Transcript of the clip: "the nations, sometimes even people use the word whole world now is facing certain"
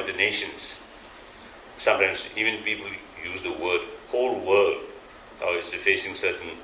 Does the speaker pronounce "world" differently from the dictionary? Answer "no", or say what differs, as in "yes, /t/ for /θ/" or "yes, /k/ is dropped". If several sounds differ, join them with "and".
yes, /l/ is dropped